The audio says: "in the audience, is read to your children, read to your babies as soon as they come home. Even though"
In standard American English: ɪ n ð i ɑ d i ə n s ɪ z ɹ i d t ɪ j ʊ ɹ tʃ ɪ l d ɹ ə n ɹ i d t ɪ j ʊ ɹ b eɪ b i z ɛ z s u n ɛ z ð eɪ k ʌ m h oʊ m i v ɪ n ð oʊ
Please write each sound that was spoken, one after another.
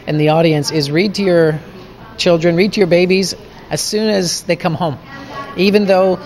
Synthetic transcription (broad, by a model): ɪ n ð i ɑ d i ə n s ɪ z ɹ i d t ɪ j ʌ ɹ tʃ ɪ l d ɹ ə n ɹ i d t ɪ j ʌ ɹ b eɪ b i z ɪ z s u n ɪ z ð eɪ k ʌ m h oʊ m i v ɪ n ð oʊ